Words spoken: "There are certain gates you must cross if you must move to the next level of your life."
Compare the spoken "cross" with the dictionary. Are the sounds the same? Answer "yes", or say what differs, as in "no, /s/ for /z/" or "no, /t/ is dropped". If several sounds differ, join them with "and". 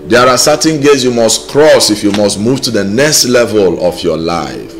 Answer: yes